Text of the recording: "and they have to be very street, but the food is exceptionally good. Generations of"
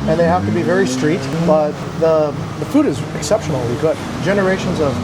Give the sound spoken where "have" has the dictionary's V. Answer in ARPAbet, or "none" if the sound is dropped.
F